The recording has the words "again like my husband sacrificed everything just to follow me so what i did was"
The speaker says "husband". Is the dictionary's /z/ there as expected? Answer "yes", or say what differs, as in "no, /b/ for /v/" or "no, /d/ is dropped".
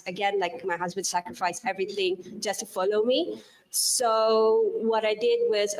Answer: yes